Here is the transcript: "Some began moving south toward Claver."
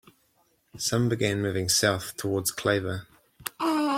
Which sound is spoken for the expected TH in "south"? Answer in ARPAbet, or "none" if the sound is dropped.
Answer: TH